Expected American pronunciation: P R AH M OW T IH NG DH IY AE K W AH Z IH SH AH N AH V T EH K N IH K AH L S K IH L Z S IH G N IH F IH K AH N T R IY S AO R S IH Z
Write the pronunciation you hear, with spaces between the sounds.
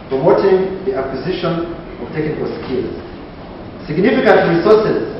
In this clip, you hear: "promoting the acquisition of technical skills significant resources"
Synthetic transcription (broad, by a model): P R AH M OW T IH NG DH IY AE K W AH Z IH SH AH N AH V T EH K IH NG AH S K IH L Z S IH G N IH F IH K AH N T R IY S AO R S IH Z